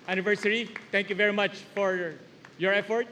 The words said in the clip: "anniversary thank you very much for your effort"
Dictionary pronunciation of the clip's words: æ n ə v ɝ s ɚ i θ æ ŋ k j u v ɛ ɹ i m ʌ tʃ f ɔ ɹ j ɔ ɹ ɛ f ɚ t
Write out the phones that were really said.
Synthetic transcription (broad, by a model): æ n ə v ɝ s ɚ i t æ ŋ k j u v ɛ ɹ i m ʌ tʃ f ɔ ɹ j ɔ ɹ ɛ f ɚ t